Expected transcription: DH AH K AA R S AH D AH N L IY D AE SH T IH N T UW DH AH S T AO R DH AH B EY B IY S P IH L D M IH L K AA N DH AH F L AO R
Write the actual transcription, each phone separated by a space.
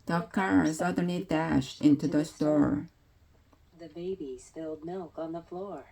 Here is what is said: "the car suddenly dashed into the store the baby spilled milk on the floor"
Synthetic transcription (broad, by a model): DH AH K AA R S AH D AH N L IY D AE SH T IH N T UW DH AH S T AO R DH AH B EY B IY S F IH L D M IH L K N DH AH F L AO R